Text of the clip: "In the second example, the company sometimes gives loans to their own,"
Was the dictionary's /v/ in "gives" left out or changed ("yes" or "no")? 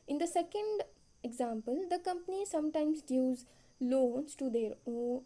yes